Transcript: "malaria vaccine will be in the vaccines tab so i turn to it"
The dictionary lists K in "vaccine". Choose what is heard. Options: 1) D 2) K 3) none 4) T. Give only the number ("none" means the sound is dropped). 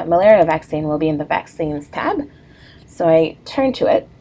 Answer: 2